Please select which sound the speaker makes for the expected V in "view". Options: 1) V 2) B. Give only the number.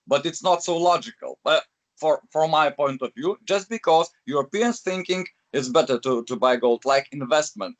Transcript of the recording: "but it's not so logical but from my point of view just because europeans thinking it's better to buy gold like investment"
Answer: 1